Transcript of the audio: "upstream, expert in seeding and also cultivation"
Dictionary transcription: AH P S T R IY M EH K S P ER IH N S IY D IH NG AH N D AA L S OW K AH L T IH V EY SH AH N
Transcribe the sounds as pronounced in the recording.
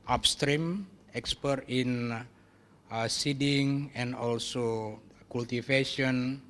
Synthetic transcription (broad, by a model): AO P S T R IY M EH K S P ER IH N S IY D IH NG AH N D AA L S OW K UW L T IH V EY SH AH N